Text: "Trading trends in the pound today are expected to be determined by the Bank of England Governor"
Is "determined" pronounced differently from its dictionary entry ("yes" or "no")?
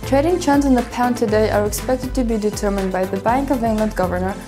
no